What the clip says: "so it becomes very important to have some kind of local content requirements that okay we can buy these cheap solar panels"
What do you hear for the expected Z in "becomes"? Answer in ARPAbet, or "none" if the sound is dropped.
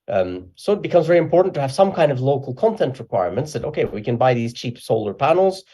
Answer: Z